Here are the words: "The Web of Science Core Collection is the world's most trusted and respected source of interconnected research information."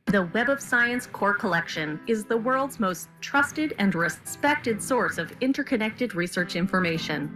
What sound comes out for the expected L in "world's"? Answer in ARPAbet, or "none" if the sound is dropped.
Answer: L